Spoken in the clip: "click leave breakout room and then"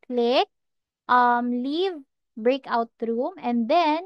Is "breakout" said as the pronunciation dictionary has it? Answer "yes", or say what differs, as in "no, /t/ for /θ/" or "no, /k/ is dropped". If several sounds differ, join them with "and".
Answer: yes